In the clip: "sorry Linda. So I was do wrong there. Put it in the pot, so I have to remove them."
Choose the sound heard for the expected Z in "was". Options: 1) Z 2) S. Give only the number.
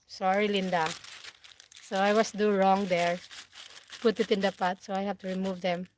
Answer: 2